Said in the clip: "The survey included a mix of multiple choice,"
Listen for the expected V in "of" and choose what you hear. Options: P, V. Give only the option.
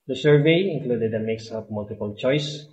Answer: P